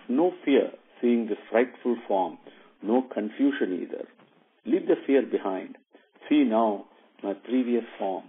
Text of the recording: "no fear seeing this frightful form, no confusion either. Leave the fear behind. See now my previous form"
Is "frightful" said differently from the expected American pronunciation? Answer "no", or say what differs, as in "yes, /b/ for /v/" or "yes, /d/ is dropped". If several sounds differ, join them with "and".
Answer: no